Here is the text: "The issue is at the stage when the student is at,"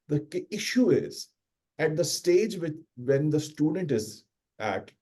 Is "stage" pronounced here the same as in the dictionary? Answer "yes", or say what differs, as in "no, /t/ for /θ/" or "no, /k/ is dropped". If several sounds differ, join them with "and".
yes